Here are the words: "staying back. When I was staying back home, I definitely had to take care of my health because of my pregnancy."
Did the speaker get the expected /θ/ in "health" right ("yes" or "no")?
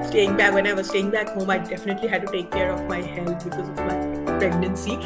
no